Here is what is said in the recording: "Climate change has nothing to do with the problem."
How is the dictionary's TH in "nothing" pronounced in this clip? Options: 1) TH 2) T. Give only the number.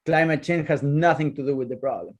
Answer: 1